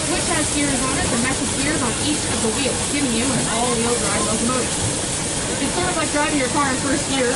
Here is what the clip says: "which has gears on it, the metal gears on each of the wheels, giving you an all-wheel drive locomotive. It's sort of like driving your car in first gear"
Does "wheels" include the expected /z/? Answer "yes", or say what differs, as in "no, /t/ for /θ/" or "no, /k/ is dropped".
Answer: no, /z/ is dropped